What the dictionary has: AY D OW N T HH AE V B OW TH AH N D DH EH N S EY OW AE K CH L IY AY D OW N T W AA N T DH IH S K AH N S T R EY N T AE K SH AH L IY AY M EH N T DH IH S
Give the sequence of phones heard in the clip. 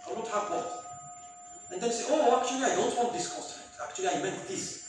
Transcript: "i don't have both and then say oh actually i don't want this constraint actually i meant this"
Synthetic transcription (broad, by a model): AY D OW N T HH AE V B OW T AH N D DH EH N S EY OW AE K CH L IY AY D OW N T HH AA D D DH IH S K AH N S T EY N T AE K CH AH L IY AY M EH N T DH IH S